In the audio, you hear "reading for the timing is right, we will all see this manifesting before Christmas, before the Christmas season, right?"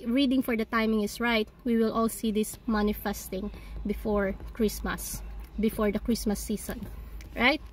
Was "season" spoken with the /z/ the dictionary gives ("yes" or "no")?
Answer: no